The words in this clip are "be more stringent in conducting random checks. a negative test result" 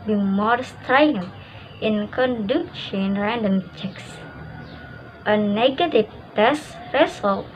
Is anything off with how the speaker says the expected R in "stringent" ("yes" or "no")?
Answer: yes